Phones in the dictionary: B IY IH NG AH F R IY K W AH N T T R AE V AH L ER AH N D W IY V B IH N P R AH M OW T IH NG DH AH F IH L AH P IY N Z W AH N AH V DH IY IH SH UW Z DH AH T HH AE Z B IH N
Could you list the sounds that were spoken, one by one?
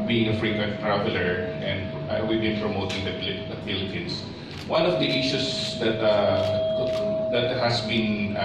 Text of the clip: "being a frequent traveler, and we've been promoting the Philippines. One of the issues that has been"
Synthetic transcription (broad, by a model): B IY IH NG AH F R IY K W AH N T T R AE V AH L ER AH N D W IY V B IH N P R AH M OW T IH NG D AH P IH L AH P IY N S W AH N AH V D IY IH SH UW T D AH T HH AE S B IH N